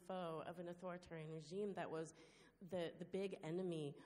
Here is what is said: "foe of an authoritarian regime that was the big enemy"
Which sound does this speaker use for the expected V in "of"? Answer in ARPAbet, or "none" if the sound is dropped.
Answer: V